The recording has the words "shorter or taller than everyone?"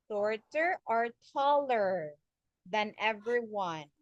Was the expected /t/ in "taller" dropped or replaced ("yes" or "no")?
no